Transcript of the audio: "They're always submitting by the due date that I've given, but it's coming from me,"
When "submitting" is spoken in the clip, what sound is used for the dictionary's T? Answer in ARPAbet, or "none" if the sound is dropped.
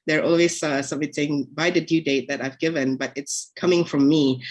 S